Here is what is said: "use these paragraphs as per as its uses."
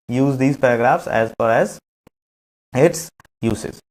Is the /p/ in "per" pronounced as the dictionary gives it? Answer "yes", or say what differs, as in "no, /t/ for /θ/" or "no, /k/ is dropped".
no, /f/ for /p/